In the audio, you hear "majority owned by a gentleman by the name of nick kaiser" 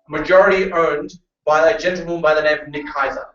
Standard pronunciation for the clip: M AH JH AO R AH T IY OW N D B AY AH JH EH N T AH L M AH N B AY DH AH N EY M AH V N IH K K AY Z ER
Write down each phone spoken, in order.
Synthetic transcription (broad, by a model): M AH JH AO R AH T IY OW N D B AY AH JH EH N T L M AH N B AY DH AH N EY AH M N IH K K AY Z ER